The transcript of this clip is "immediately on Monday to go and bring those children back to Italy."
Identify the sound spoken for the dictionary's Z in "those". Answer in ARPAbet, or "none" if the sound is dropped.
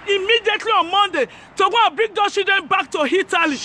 none